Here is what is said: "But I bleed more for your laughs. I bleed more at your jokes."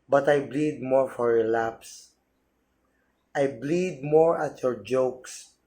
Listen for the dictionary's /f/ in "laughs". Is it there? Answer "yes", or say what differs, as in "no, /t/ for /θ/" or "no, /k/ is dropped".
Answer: no, /p/ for /f/